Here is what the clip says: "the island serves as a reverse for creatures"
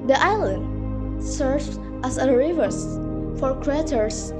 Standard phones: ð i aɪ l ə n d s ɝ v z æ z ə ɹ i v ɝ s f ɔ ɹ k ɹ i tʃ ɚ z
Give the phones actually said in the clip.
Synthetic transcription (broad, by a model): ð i aɪ l ə n d s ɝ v æ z ə ɹ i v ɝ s f ɔ ɹ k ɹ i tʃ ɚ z